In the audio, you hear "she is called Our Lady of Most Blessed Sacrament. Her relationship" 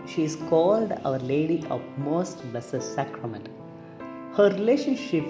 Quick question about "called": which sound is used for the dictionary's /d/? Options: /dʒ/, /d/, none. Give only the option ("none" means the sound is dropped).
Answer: /d/